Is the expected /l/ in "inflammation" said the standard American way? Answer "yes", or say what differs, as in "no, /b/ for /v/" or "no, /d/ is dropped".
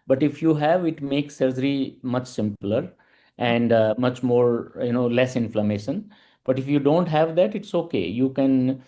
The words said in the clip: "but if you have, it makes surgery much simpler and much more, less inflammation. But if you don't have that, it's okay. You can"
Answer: yes